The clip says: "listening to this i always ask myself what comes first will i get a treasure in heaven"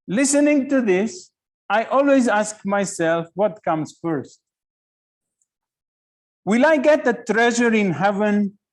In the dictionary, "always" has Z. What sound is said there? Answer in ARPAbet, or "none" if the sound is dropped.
Z